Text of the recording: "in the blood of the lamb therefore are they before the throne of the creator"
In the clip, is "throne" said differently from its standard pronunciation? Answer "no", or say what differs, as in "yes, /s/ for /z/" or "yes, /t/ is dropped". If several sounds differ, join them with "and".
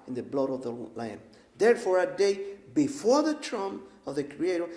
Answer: yes, /t/ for /θ/